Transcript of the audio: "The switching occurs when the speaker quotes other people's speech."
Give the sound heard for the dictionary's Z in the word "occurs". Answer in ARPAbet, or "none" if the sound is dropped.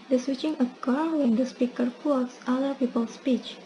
none